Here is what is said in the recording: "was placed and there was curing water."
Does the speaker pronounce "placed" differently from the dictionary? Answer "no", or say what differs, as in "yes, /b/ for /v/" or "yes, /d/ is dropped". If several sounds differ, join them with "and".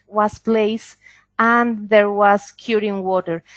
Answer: yes, /t/ is dropped